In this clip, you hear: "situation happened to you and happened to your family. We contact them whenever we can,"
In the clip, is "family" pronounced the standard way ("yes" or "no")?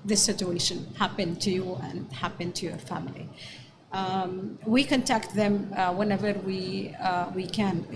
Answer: yes